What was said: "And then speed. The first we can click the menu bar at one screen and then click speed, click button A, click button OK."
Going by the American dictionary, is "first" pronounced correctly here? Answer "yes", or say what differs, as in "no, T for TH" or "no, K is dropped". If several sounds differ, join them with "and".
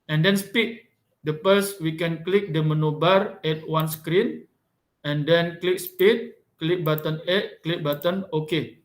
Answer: no, P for F